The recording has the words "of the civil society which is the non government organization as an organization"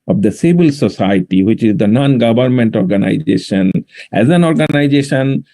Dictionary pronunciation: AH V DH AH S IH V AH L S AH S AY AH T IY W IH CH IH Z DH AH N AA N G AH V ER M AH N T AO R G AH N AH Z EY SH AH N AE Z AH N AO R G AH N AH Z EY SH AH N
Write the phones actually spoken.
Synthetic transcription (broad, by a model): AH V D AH S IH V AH L S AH S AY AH T IY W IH CH IH Z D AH N AA N G AH V ER M AH N T AO R G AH N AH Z EY SH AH N AE Z AH N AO R G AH N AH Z EY SH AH N